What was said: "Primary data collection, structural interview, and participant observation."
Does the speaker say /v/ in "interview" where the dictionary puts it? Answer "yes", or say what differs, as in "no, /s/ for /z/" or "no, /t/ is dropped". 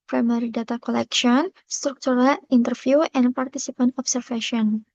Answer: no, /f/ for /v/